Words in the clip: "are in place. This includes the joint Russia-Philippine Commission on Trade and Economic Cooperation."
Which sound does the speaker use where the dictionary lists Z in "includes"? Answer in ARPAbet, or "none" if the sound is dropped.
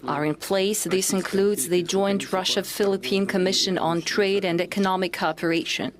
Z